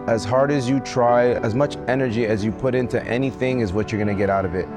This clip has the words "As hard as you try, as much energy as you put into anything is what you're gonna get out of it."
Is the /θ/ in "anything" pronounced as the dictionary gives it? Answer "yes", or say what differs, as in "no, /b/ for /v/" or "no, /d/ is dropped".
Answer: yes